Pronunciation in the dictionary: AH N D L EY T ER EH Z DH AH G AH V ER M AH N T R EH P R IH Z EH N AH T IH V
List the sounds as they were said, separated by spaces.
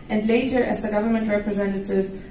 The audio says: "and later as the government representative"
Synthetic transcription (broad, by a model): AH N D L EY T ER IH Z DH AH G AH V ER M AH N T R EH P R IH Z EH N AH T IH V